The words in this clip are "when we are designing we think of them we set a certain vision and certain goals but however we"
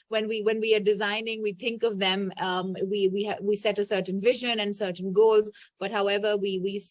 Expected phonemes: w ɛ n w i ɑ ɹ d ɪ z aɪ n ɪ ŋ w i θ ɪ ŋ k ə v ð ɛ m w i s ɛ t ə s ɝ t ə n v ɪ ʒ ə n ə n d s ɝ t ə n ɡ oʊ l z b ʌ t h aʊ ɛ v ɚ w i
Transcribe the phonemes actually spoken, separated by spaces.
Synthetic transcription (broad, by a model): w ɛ n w i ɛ w d ɪ z aɪ n ɪ ŋ w i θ ɪ ŋ k ə v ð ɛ m w i s ɛ t ə s ɝ t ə n v ɪ ʒ ə n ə n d s ɝ t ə n ɡ oʊ l z b ʌ t h aʊ ɛ v ɚ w i